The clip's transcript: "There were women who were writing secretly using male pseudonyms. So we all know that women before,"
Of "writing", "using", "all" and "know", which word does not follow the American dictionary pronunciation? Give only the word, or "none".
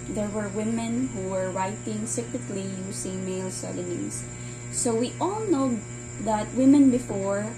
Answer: using